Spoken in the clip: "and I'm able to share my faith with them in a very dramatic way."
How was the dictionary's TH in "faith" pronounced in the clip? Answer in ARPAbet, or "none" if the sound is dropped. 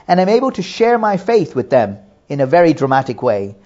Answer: TH